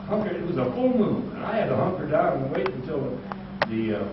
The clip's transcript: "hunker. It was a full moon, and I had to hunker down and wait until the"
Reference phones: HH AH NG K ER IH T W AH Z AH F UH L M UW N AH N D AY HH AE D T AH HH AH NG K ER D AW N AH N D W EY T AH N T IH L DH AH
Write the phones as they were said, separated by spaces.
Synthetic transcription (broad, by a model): HH AH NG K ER IH T W AH Z AH F UH L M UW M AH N AY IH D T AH HH AH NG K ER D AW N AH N W EY T N T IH L DH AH